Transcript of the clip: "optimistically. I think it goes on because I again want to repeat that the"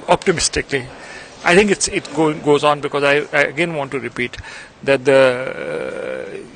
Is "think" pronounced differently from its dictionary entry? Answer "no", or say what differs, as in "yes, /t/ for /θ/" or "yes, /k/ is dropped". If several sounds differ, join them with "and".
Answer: yes, /t/ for /θ/